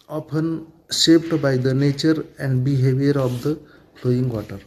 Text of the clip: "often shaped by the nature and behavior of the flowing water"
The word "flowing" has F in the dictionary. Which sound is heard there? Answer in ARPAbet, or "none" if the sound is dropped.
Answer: P